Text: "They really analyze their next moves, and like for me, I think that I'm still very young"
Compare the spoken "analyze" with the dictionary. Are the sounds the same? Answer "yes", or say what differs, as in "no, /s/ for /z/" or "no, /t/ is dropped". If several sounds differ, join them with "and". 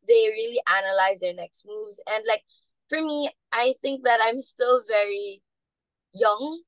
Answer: yes